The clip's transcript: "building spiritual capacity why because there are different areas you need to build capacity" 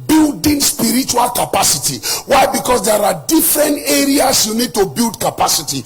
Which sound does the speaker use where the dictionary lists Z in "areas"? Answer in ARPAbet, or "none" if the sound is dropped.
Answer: S